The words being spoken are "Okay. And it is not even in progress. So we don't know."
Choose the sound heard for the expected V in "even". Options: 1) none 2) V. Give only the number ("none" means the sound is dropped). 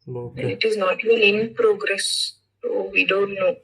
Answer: 1